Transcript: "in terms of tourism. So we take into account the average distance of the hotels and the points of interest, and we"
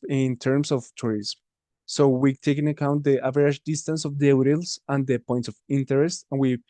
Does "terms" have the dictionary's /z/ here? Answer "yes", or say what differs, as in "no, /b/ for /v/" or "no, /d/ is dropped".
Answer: no, /s/ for /z/